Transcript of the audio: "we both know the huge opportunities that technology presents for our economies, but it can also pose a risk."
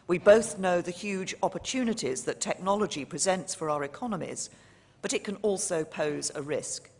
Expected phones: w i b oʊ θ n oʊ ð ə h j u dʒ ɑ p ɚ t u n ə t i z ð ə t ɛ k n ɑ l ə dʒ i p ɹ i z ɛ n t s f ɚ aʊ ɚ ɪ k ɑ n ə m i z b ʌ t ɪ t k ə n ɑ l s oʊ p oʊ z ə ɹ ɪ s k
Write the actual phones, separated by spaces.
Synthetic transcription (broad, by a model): w i b oʊ θ n oʊ ð ə h j u dʒ ɑ p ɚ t u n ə t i z ð ə t ɛ k n ɑ l ə dʒ i p ɹ i z ɛ n t s f ɚ aʊ ɚ ɪ k ɑ n ə m i z b ʌ t ɪ t k ə n ɑ l s oʊ p oʊ z ə ɹ ɪ s k